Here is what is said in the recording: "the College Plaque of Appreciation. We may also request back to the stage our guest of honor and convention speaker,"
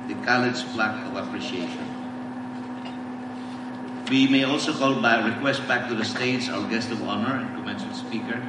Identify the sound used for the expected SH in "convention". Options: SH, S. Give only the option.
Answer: S